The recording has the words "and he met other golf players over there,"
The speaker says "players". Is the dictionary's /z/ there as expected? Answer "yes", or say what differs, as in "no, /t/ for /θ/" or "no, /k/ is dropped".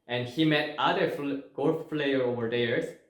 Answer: no, /z/ is dropped